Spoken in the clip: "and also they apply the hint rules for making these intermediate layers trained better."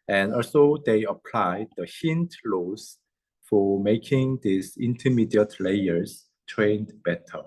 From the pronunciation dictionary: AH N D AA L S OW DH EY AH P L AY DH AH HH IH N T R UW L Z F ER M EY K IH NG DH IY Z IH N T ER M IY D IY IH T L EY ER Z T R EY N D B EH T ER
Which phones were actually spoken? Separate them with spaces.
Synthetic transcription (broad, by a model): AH N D AA L S OW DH EY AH P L AY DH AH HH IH N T L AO Z F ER M EY K IH NG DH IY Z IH N T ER M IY D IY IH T L EY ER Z T R EY N D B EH T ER